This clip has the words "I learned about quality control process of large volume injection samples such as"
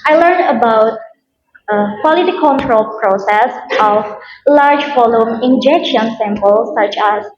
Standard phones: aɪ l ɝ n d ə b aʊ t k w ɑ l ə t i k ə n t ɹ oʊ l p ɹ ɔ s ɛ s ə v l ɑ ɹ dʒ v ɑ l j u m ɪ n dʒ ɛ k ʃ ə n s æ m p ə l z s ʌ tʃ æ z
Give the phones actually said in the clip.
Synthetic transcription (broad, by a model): aɪ l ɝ n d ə b aʊ t k w ɑ l ə t i k ə n t ɹ oʊ l p ɹ ɔ s ɛ s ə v l ɑ ɹ dʒ f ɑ l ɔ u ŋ ɪ n dʒ ɛ k ʃ ə n s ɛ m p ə l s s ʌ tʃ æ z